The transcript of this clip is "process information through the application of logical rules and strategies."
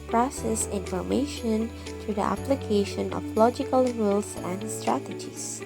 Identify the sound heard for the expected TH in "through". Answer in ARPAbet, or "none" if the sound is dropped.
T